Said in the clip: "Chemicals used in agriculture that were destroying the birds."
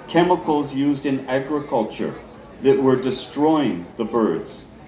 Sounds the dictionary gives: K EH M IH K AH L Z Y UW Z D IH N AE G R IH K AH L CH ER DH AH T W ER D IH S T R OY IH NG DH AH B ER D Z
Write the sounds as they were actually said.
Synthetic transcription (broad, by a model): K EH M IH K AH L Z Y UW Z D IH N AE G R IH K AH L CH ER DH AH T W ER D IH S T R OY IH NG DH AH B ER D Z